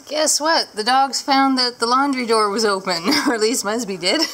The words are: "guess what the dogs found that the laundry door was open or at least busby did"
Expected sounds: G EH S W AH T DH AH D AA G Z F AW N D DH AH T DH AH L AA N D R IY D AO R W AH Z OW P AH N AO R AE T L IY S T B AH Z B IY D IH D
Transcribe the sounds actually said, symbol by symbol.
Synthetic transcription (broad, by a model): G EH S W AH T DH AH D AA G Z F AW N DH AH T DH AH L AA N D R IY D AO R W AH Z OW P AH N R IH T L IY S T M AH S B IY D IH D